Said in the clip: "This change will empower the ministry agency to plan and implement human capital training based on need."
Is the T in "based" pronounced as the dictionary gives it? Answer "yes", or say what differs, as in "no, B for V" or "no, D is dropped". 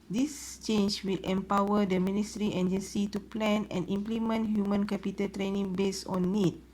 no, T is dropped